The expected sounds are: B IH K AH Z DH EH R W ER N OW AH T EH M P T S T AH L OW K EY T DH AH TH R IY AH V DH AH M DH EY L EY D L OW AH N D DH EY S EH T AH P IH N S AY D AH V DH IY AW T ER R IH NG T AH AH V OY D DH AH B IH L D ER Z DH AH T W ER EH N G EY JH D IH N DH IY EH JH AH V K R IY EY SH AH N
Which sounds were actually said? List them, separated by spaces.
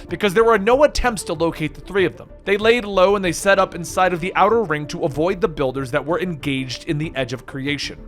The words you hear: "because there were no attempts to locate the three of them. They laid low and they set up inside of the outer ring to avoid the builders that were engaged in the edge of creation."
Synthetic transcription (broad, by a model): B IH K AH Z DH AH R W ER N OW AH T EH M P T S T AH L OW K EY T DH AH TH R IY AH V DH AH M DH EY L EY D L OW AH N DH EY S EH T AH P IH N S AY D AH V DH IY AW T ER R IH NG T AH AH V OY D DH AH B IH L D ER Z DH AH T W ER EH N G EY JH D IH N DH IY EH JH AH V K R IY EY SH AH N